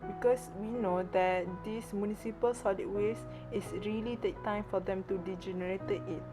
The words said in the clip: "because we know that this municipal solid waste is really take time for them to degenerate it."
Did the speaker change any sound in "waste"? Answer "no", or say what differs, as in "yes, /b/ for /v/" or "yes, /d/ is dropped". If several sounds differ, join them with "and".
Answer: yes, /t/ is dropped